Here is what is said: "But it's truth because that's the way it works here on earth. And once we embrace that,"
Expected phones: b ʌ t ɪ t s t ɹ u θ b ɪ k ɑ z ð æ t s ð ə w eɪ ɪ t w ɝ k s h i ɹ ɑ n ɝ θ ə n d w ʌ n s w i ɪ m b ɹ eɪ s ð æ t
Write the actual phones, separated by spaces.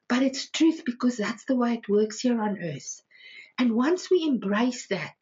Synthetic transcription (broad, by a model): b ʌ t ɪ t s t ɹ u θ b ɪ k ɑ z ð æ t s ð ə w eɪ ɪ t w ɝ k s h i ɹ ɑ n ɝ θ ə n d w ʌ n s w i ɪ m b ɹ eɪ s ð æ t